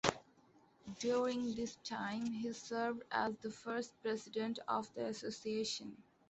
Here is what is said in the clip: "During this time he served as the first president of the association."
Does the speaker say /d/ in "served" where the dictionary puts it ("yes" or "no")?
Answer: yes